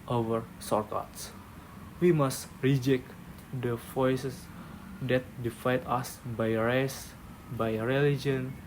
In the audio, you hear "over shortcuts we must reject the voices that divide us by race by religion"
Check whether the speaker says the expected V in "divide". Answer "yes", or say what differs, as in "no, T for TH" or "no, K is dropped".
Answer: no, F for V